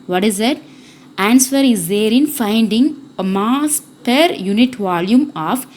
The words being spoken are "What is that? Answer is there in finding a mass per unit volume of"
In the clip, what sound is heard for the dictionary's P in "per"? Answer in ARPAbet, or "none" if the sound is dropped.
P